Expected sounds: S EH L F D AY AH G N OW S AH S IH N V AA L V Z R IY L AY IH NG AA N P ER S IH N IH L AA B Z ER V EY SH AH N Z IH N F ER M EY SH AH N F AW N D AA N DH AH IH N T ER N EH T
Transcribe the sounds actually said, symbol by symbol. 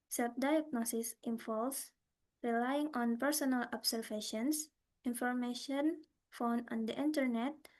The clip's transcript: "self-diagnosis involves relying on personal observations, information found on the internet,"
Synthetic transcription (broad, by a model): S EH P D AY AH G N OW S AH S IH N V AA L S R IY L AY IH NG AA N P ER S IH N IH L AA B S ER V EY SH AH N S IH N F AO M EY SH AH N F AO N AA N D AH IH N T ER N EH T